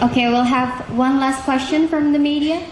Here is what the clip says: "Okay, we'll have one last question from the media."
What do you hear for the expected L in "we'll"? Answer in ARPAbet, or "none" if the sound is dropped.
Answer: L